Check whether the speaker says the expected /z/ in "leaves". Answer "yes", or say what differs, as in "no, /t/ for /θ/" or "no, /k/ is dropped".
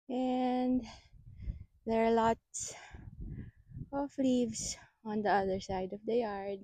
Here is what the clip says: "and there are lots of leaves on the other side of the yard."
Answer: no, /s/ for /z/